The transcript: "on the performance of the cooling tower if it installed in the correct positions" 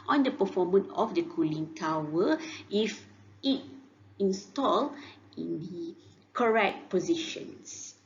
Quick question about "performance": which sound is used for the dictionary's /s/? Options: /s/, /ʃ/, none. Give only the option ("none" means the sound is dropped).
none